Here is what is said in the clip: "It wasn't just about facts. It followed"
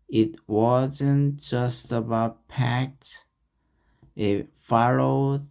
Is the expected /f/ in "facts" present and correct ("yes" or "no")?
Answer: no